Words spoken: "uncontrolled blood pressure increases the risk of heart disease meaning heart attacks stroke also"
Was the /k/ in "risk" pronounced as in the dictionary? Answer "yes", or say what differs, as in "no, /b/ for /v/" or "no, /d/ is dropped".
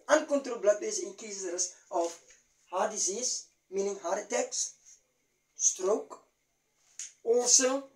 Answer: no, /k/ is dropped